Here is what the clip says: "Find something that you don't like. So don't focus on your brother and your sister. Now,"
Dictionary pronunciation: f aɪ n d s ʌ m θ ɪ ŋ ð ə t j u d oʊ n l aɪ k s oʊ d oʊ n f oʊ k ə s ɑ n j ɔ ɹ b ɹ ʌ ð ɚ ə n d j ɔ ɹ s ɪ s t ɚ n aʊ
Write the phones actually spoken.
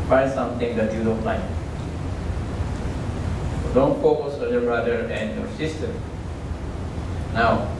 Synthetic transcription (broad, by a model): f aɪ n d s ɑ m t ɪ ŋ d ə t j u d oʊ n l aɪ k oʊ d oʊ n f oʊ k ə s ɑ n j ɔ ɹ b ɹ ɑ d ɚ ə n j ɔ s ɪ s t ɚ n aʊ